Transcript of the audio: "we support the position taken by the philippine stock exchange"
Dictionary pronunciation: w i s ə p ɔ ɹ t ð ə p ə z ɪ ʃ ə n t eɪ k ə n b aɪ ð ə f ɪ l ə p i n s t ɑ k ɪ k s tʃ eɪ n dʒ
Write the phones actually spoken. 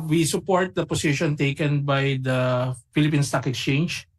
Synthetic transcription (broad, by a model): w i s ə p ɔ ɹ t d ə p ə s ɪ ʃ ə n t eɪ k ə n b aɪ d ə f ɪ l ə p i n s t ɑ k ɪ k s tʃ eɪ n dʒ